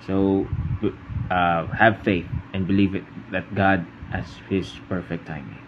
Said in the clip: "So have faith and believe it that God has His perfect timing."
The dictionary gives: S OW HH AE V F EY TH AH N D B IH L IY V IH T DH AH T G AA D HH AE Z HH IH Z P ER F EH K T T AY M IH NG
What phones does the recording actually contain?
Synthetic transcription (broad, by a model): S OW HH AE V F EY TH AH N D B IH L IY V IH T DH AH T G AA D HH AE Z HH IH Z P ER F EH K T T AY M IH